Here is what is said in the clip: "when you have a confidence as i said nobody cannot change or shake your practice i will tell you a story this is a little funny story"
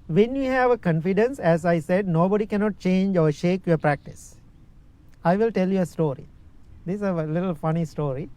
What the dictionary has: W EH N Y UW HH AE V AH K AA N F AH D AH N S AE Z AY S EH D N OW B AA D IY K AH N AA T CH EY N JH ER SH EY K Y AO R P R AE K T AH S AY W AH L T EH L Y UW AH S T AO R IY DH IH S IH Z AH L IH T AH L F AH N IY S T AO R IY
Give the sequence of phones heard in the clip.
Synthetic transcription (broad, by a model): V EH N Y UW HH AE V AH K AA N F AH D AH N S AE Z AY S EH D N OW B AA D IY K AH N AA T CH EY N JH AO SH EY K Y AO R P R AE K T AH S AY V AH L T EH L Y UW AH S T AO R IY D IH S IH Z AH L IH T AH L F AH N IY S T AO R IY